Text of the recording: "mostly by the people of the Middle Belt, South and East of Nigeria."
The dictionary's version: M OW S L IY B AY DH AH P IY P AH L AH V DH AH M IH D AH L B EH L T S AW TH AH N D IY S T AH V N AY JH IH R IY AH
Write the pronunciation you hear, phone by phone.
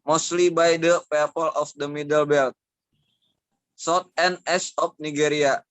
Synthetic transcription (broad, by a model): M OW S L IY B AY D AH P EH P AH L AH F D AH M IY D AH L B EH L T S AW T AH N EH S AH P N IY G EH R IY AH